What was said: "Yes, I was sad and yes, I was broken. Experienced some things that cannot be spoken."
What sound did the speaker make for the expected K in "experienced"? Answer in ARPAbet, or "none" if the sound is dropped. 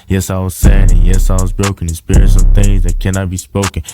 none